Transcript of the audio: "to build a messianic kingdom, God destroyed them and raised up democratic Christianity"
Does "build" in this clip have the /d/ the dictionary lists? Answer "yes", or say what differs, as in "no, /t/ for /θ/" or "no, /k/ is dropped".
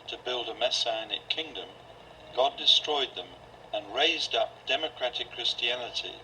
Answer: yes